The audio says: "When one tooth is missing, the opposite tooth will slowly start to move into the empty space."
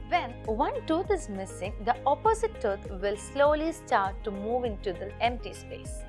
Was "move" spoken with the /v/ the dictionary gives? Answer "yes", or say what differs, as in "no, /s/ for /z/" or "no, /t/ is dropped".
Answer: yes